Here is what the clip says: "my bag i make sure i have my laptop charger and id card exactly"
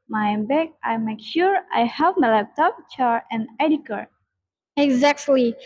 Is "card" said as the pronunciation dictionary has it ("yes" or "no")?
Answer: no